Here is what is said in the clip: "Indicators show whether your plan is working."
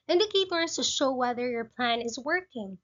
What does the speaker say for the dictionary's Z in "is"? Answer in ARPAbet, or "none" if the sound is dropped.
Z